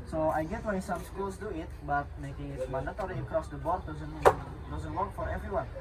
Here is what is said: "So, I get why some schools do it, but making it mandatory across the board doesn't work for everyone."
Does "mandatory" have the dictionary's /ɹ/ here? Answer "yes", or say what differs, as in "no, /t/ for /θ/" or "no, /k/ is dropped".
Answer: no, /l/ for /ɹ/